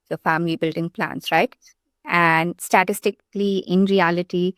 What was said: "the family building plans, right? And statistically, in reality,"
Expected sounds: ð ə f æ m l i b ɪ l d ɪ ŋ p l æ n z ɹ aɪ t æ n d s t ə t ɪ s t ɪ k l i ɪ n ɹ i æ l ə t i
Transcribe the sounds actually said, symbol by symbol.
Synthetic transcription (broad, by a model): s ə f æ m l i b ɪ l d ɪ ŋ p l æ n s ɹ aɪ t æ n d s t ə t ɪ s t ɪ k l i ɪ n ɹ i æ l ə t i